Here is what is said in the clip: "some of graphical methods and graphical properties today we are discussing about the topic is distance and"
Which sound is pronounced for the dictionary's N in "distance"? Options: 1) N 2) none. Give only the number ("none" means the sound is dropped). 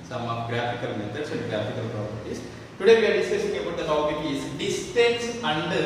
2